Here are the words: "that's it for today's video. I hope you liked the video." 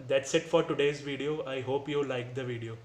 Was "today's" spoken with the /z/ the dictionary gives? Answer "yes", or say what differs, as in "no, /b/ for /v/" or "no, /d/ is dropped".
yes